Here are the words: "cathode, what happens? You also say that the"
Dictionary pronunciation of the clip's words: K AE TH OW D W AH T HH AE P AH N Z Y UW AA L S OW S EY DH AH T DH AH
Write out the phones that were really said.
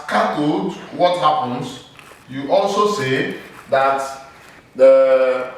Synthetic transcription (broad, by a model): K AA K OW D W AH T HH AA P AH N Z Y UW AA L S OW S EY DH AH T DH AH